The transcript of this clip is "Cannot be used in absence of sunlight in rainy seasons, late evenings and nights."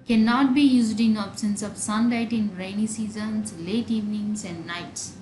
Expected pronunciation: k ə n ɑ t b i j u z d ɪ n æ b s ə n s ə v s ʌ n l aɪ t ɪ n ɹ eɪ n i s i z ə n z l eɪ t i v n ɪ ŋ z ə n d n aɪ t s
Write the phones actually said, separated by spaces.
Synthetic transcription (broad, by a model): k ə n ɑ t b i j u z d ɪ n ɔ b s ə n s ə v s ʌ n l aɪ t ɪ n ɹ eɪ n i s i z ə n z l eɪ t i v n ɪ ŋ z ə n d n aɪ t s